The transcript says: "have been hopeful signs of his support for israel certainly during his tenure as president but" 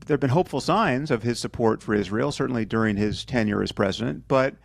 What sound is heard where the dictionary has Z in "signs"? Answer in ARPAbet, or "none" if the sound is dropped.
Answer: Z